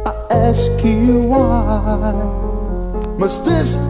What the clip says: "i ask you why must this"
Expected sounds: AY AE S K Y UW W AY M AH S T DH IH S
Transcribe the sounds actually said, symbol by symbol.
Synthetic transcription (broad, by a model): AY AE S K Y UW W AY M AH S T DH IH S